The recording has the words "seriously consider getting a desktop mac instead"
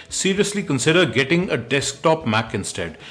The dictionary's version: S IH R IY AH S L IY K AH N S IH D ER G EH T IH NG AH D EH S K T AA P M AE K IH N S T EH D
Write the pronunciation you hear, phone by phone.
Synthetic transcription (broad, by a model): S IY R IY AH S L IY K AH N S IH D ER G EH T IH NG AH D EH S K T AA P M AE K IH N S T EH D